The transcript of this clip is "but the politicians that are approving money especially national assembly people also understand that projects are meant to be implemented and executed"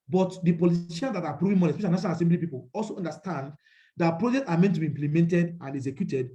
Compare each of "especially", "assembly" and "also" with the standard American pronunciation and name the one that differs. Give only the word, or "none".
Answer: especially